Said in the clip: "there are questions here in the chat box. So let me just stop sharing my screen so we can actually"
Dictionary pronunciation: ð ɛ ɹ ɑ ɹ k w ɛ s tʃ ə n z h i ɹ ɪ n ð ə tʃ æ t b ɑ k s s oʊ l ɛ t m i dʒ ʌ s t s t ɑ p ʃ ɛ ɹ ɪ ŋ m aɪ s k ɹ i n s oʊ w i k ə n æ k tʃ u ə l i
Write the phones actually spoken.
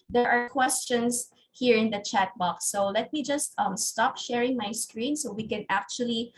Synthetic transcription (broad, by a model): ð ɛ ɹ ɑ ɹ k w ɛ s tʃ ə n s h i ɹ ɪ n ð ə tʃ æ t b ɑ k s s oʊ l ɛ t m i dʒ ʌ s t s t ɑ p ʃ ɛ ɹ ɪ ŋ m aɪ s k ɹ i n s oʊ w i k ə n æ k tʃ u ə l i